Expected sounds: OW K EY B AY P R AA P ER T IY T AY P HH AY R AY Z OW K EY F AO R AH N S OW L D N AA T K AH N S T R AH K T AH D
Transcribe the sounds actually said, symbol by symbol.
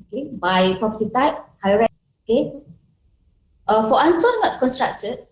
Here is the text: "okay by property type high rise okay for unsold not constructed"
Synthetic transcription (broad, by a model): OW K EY B AY P R AA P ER T IY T AY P HH AY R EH OW K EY F AO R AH N S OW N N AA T K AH N S T R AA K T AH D